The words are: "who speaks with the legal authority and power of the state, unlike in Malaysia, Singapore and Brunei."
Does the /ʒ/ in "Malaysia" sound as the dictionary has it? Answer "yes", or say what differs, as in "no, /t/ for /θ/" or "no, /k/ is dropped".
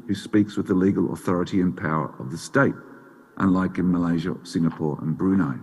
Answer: yes